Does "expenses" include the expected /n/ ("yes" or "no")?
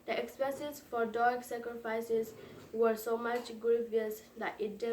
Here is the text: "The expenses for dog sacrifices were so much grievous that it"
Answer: no